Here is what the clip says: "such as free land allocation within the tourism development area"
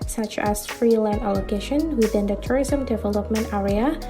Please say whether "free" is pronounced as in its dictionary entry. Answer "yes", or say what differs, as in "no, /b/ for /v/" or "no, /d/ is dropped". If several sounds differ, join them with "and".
yes